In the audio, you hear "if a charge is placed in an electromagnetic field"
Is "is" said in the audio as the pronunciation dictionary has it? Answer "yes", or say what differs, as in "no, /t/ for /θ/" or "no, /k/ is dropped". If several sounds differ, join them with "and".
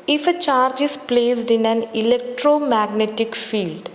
no, /s/ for /z/